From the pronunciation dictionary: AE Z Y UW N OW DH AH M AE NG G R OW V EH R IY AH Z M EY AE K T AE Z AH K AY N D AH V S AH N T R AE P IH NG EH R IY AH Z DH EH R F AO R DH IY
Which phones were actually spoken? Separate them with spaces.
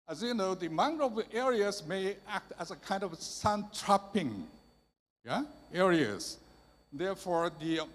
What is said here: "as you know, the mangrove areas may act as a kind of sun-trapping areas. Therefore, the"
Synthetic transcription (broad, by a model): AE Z Y UW N OW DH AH M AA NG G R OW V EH R IY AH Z M EY AE K T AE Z AH K AY N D AH V S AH N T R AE P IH NG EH R IY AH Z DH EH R F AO R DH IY